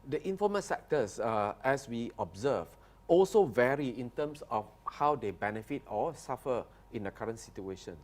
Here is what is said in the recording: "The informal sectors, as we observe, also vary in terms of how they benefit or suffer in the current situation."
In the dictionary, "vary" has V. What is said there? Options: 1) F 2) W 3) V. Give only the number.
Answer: 3